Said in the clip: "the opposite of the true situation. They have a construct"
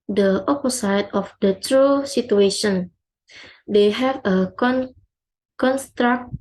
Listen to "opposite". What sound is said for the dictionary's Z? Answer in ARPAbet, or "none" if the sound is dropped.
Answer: S